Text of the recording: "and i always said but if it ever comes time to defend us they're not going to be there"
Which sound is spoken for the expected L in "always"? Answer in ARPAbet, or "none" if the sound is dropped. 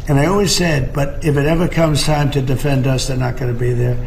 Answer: L